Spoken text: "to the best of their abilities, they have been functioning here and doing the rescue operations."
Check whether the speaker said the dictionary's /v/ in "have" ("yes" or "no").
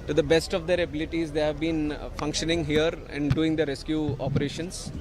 yes